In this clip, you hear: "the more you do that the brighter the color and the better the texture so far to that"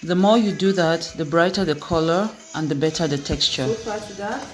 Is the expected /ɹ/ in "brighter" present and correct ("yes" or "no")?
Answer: yes